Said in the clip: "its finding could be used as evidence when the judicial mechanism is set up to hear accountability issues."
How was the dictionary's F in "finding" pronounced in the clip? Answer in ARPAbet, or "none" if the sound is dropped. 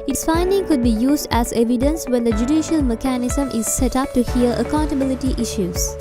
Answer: F